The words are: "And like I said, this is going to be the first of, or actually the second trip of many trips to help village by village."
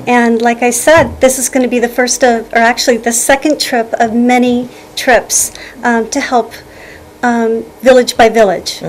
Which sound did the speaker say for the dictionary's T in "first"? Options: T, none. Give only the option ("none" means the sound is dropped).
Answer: T